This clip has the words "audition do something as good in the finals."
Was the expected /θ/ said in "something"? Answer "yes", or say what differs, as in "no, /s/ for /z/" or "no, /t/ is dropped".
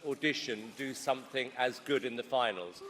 yes